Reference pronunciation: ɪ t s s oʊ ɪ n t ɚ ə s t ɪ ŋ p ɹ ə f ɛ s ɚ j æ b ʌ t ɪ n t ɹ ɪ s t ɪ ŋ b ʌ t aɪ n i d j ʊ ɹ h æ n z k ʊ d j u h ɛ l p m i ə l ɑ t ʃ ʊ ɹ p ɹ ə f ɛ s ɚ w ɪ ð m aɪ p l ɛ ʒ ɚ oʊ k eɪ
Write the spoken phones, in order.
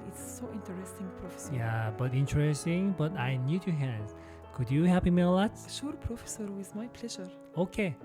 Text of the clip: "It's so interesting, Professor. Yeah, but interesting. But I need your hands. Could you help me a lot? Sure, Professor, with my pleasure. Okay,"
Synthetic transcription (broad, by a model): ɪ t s s oʊ ɪ n t ɚ ə s t ɪ ŋ p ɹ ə f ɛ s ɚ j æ b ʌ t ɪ n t ɹ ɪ s t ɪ ŋ b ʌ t aɪ n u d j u h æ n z k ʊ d j u h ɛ p m ə l ɑ t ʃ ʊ ɹ p ɹ ə f ɛ s ɚ w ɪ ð m aɪ p l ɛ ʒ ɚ oʊ k eɪ